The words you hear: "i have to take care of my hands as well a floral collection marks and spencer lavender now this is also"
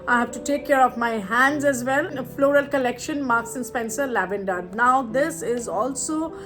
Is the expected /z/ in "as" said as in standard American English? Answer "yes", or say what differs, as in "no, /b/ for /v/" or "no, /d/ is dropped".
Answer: yes